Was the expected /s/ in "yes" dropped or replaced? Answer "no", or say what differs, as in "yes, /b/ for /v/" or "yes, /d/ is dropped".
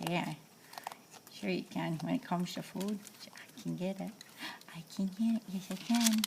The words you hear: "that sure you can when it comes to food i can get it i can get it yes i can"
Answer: no